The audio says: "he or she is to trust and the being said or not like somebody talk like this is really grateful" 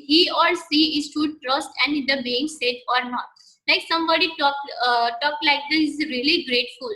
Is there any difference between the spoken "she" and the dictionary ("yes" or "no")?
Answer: yes